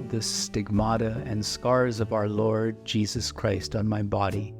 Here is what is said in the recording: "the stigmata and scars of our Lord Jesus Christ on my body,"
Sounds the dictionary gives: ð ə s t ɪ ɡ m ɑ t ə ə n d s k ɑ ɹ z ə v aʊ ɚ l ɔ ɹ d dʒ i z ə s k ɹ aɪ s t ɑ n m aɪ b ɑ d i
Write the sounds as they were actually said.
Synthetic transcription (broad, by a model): ð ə s t ɪ ɡ m ɑ t ə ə n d s k ɑ ɹ z ə v aʊ ɚ l ɔ ɹ d dʒ i z ə s k ɹ aɪ s t n m aɪ b ɑ d i